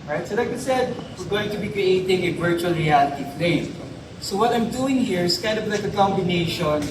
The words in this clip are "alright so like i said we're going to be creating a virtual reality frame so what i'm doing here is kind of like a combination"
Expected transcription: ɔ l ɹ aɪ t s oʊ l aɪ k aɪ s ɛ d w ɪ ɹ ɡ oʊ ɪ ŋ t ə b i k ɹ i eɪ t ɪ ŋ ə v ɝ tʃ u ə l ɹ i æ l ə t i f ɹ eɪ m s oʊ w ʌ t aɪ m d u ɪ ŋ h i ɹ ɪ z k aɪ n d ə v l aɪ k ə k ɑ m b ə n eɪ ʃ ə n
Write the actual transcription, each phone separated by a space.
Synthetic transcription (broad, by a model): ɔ ɹ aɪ t s oʊ l aɪ k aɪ s ɛ d w ɪ ɹ ɡ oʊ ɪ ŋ t ə b i k ɹ i eɪ t ɪ ŋ ə v ɝ tʃ u ə l ɹ i æ l ə t i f l eɪ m s oʊ w ʌ t aɪ m d u ɪ ŋ h i ɹ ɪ s k aɪ n d ə v l aɪ k ə k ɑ m b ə n eɪ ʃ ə n